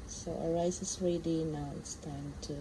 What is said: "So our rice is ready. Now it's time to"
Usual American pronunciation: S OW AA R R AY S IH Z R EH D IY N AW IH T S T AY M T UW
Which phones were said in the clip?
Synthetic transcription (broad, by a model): S OW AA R R AY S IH S R EH D IY N AW IH T S T AY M T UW